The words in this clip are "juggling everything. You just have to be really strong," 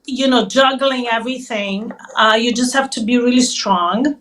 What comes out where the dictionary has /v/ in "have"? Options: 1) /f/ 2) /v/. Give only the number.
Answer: 1